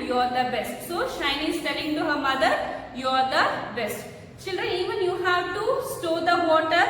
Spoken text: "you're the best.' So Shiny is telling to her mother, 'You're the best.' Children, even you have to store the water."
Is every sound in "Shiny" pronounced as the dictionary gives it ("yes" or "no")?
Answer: yes